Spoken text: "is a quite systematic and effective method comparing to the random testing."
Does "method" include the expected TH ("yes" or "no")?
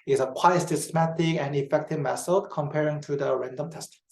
no